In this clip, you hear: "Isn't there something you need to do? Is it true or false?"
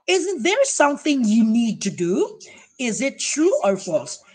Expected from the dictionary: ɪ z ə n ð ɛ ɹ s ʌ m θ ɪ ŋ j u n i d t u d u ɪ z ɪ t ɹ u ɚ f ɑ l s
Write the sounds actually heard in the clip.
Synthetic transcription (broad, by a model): ɪ z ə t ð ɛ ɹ s ʌ m θ ɪ ŋ j u n i d t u d u ɪ z ɪ t ɹ u ɚ f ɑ l s